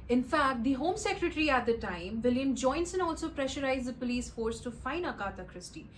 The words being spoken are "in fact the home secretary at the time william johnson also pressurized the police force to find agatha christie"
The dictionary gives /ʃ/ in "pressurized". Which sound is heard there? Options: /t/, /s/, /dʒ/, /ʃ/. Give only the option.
/ʃ/